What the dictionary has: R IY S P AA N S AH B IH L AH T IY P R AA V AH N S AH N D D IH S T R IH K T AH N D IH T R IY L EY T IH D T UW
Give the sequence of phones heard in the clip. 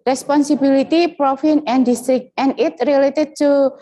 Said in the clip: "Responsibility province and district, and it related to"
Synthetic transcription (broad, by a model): R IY S P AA N S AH B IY L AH T IY P R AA F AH N AH N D D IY S T R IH K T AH N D IH T R IY L EY T IH D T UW